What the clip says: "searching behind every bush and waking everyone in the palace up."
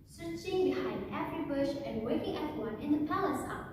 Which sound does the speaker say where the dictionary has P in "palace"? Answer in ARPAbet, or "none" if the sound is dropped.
P